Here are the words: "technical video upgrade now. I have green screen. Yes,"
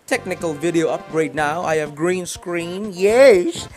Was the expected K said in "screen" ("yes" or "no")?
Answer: yes